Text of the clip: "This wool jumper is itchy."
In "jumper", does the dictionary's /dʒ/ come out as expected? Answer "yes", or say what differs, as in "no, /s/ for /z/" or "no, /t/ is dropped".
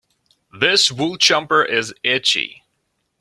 no, /tʃ/ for /dʒ/